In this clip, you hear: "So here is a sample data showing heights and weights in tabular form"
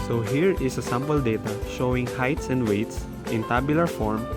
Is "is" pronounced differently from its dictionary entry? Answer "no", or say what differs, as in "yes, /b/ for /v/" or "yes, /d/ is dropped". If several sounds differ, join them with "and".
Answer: yes, /s/ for /z/